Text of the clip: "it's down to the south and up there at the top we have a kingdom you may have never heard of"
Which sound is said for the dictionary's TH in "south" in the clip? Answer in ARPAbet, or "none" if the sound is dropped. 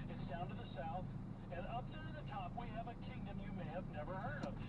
TH